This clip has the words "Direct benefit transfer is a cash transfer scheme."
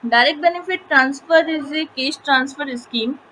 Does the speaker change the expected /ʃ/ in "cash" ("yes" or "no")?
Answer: yes